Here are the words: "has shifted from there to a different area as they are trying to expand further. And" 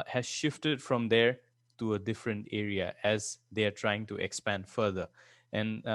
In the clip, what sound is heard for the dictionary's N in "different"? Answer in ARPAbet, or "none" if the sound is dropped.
N